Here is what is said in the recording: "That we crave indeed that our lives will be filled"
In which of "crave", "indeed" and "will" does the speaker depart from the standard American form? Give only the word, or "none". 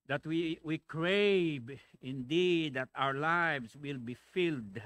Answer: crave